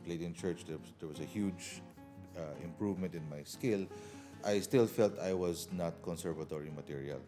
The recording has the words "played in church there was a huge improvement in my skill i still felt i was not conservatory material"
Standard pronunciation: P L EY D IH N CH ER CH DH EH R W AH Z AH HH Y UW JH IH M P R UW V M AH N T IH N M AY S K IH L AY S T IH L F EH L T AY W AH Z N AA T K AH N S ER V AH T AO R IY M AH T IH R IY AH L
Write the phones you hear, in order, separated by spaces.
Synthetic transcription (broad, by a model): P L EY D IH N CH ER CH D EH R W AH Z AH HH Y UW JH IH M P R UW V M AH N T IH N M AY S K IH L AY S T IH L F EH L T AY W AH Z N AA T K AH N S ER V AH T AO R IY M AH T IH R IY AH L